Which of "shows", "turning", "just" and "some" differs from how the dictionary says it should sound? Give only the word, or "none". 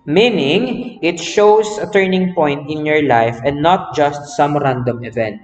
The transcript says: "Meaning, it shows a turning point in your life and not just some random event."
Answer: shows